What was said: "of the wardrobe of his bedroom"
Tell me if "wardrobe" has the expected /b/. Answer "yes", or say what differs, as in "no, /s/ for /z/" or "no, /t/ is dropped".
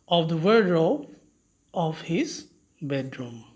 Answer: no, /b/ is dropped